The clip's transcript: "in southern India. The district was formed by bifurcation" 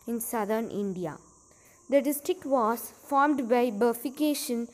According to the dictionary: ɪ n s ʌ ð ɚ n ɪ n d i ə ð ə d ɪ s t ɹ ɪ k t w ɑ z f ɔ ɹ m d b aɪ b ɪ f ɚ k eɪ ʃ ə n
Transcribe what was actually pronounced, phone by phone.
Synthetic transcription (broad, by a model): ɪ n s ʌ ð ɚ n ɪ n d i ə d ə d ɪ s t ɹ ɪ k t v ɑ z f ɔ ɹ m d b aɪ b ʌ f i k eɪ ʃ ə n